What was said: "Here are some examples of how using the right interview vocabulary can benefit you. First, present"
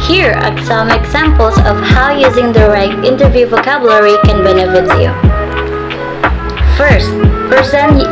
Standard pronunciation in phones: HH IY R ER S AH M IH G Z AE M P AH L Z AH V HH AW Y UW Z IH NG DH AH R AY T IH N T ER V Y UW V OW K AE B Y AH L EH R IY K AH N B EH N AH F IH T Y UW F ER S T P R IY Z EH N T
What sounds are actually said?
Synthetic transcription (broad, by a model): HH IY R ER S AH M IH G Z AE M P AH L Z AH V HH AW Y UW Z IH NG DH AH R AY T IH N T ER V Y UW V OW K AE B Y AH L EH R IY K AH N B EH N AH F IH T Y UW F ER S T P R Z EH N